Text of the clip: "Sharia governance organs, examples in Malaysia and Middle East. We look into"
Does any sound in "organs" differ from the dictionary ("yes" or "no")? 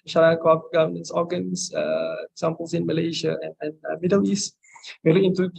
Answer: yes